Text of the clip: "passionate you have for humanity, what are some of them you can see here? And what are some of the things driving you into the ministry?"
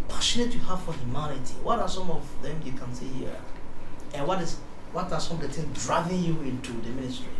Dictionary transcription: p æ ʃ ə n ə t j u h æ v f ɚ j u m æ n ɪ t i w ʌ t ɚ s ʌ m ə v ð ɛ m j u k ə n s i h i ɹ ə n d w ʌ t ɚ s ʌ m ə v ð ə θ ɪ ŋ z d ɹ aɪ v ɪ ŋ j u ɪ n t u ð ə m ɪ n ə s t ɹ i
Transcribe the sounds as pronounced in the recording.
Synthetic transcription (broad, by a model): p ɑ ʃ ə n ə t j u h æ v f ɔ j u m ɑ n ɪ t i w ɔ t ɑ s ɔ m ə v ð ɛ m j u k ə n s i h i w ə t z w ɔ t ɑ s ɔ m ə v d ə t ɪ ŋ d ɹ aɪ v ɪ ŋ j u ɪ n t u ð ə m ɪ n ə s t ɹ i